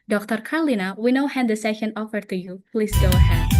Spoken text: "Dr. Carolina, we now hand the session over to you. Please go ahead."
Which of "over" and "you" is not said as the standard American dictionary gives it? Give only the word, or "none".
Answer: over